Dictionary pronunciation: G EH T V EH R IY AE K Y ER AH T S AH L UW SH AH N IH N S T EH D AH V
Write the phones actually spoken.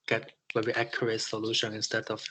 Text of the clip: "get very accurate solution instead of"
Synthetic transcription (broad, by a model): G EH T W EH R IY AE K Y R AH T S AH L UW SH AH N IH N S T EH D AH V